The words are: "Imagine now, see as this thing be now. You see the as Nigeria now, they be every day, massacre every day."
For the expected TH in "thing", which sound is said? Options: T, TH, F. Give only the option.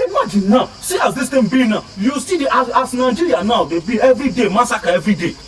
T